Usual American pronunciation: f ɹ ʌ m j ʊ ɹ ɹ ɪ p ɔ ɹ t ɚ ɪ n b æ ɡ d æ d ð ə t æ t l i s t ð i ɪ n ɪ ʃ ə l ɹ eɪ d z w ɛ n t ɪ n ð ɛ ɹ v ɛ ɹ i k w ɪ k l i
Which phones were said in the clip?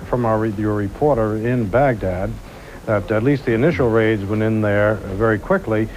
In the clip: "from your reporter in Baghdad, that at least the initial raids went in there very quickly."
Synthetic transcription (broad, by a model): f ɹ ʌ m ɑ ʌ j ɹ ɪ p ɔ ɹ t ɚ ɪ n b æ ɡ d æ d ð ə t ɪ t l i s t ð i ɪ n ɪ ʃ l ɹ eɪ d z w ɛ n ɪ n ð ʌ ɹ v ɛ ɹ i k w ɪ k l i